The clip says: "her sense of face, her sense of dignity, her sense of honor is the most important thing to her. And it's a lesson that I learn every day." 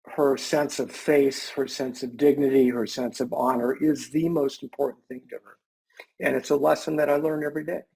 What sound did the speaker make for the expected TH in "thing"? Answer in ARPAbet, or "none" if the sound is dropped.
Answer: TH